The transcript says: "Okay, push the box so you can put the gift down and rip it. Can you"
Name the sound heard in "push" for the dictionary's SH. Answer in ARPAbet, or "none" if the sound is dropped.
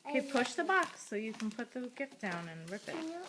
SH